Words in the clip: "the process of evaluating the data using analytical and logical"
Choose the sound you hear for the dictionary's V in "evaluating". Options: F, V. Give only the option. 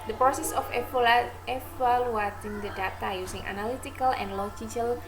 F